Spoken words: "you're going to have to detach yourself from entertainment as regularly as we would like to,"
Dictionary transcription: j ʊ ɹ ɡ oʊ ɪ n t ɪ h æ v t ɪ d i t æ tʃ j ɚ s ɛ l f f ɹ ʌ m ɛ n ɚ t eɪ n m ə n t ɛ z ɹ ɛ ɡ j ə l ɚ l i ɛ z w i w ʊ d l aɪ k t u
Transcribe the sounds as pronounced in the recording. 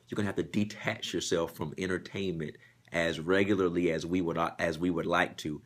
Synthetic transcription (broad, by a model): j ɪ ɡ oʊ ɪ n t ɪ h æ f t ɪ d i t æ tʃ j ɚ s ɛ l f f ɹ ʌ m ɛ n ɚ t eɪ n m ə n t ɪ z ɹ ɛ ɡ j l ɚ l i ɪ z w i w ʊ d l aɪ k t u